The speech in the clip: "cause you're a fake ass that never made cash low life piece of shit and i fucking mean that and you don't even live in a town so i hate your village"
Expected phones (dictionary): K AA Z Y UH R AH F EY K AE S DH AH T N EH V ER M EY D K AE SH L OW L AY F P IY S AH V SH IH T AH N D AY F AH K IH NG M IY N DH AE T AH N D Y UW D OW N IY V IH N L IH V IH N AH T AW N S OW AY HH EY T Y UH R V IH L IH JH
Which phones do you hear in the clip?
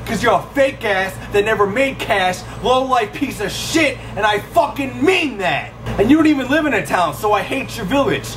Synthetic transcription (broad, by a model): K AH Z Y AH R AH F EY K AE S DH AH T N EH V ER M EY D K AE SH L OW L AY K P IY S AH V SH IH T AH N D AY F AH K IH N M IY N DH AE T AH N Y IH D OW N IY V IH N L IH V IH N AH T AW N S OW AY HH EY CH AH R V IH L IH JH